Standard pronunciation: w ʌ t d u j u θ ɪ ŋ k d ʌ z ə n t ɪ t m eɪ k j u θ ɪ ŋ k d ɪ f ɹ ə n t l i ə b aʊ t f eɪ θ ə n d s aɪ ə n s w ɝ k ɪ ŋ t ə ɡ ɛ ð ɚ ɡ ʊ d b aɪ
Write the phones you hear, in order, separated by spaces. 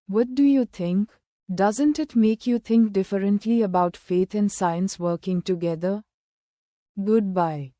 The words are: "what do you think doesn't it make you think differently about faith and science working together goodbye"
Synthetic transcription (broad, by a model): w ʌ t d u j u t ɪ ŋ k d ʌ z ə n t ɪ t m eɪ k j u t ɪ ŋ k d ɪ f ɹ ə n t l i ə b aʊ t f eɪ t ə n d s aɪ ə n s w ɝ k ɪ ŋ t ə ɡ ɛ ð ɚ ɡ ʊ d b aɪ